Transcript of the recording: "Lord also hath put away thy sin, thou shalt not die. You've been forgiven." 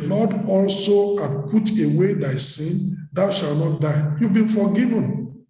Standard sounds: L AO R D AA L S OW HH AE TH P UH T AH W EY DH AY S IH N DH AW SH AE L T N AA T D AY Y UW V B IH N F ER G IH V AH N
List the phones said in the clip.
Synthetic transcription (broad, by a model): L AO D AA L S OW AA P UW T AH W EY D AY S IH N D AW SH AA L N AA T D AY Y UW V B IH N F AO G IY V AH N